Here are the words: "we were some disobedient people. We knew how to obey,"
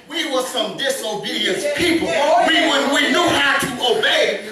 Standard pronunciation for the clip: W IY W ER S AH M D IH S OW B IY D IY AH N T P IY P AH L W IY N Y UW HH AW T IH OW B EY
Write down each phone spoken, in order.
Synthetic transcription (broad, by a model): W IY W ER S AH M D IH S OW B IY D IY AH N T P IY P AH N W IY N Y UW HH AW T IH OW B EY